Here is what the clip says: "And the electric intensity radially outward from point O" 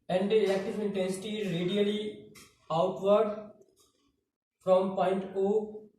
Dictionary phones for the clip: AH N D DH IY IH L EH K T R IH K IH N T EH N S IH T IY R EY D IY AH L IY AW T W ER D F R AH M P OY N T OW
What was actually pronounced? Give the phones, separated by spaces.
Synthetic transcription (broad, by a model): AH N D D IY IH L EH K T IH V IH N T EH N S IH T IY R EY D IY AH L IY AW T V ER D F R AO M P OY N T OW